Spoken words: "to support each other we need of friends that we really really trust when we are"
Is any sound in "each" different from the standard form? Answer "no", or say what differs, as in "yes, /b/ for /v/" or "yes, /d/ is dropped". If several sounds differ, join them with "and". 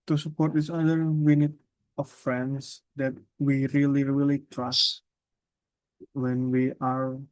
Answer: yes, /s/ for /tʃ/